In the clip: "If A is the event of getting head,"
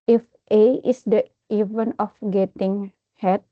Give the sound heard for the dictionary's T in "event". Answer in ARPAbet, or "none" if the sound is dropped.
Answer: none